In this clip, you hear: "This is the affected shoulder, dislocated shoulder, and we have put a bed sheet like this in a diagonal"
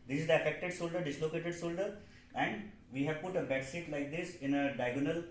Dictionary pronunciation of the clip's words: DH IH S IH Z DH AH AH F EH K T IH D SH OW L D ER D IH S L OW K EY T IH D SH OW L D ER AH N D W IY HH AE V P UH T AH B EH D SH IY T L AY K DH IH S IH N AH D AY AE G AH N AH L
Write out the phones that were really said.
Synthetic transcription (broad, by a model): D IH S IH Z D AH AH F EH K T IH D S OW L D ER D IH S L OW K EY T IH D S OW L D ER AH N D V IY HH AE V P UH T AH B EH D S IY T L AY K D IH S IH N AH D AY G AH N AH L